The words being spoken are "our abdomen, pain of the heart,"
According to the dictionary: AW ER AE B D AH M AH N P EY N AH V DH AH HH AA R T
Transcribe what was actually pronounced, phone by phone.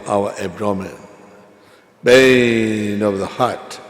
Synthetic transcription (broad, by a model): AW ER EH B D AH M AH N B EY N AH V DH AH HH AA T